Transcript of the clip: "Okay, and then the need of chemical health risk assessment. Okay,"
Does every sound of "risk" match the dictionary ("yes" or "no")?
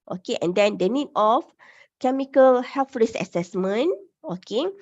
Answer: no